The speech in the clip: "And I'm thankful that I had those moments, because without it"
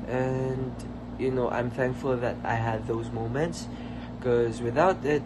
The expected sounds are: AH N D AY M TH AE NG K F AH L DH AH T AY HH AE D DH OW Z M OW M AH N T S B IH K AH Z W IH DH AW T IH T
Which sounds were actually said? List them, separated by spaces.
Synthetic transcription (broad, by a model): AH N D AY M TH AE NG K F AH L DH AH T AY HH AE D DH OW Z M OW M AH N T S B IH K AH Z W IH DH AW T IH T